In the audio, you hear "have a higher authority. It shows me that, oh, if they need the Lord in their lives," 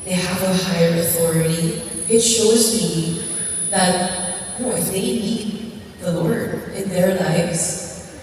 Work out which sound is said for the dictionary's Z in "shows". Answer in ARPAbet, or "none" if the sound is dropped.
Z